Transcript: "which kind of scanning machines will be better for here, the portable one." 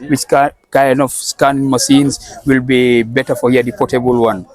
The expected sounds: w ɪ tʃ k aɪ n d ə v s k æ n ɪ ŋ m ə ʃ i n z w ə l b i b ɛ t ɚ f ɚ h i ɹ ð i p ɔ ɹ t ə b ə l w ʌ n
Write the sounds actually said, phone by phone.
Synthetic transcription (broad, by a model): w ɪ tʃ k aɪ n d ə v s k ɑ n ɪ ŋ m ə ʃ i n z w ə l b i b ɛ t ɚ f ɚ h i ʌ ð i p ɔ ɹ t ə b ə l w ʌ n